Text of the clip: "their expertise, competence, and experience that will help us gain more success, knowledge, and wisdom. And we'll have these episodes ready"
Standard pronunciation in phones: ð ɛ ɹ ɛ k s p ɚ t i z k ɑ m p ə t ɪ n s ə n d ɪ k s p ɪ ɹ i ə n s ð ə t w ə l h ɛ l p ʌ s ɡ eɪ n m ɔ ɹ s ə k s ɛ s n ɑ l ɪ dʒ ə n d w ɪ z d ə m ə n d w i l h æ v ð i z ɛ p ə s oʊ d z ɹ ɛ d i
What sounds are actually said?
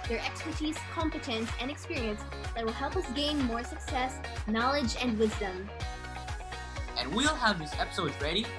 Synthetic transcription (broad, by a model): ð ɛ ɹ ɛ k s p ɚ t i z k ɑ m p ə t ɪ n s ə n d ɪ k s p ɪ ɹ i ə n s ð ə t w ə l h ɛ l p ʌ s ɡ eɪ n m ɔ ɹ s ə k s ɛ s n ɑ l ɪ dʒ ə n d w ɪ z d ə m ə n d w i l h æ v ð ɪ s ɛ p ə s oʊ d z ɹ ɛ d i